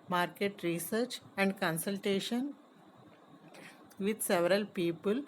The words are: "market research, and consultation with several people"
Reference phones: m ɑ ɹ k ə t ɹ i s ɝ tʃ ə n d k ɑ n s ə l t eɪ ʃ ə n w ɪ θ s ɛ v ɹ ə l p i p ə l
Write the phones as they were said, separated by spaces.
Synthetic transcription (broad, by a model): m ɑ ɹ k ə t ɹ i s ɝ tʃ ə n d k ɑ n s ə l t eɪ ʃ ə n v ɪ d s ɛ v ɹ ə l p i p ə l